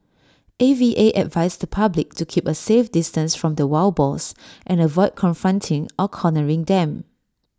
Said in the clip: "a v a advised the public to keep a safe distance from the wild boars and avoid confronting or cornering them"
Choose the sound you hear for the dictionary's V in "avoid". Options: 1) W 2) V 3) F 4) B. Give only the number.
2